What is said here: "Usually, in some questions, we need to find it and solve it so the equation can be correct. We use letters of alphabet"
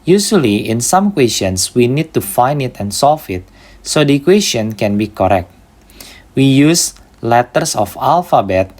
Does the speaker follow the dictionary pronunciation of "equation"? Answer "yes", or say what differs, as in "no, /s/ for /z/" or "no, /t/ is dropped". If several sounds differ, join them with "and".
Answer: no, /s/ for /ʒ/